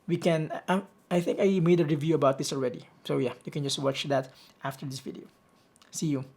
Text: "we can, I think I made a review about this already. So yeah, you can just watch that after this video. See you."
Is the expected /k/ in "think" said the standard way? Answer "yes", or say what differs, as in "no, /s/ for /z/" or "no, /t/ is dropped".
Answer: yes